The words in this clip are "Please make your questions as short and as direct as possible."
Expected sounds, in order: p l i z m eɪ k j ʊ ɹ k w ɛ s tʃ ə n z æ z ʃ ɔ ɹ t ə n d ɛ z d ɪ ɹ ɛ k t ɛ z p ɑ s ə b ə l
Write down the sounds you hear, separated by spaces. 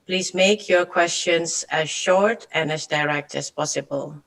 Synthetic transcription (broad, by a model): p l i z m eɪ k j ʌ ɹ k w ɛ s tʃ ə n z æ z ʃ ɔ ɹ t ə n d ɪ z d ɪ ɹ ɛ k t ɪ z p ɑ s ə b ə l